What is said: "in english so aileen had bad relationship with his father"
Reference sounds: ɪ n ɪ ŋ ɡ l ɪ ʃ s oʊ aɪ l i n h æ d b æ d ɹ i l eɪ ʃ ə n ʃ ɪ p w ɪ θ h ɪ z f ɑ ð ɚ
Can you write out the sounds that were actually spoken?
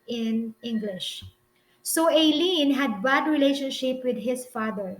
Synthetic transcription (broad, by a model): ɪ n ɪ ŋ ɡ l ɪ ʃ s oʊ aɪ l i n h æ d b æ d ɹ i l eɪ ʃ ə n ʃ ɪ p w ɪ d h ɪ s f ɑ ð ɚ